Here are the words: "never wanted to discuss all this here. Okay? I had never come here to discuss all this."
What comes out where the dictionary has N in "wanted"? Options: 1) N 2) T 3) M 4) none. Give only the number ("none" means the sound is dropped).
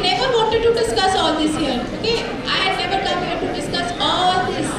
4